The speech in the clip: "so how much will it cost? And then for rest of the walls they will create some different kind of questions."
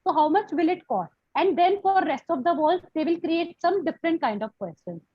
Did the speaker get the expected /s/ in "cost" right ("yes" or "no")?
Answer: no